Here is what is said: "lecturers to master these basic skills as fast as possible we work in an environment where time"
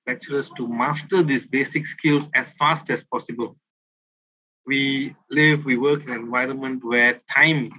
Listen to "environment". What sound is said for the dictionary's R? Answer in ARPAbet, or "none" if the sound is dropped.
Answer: R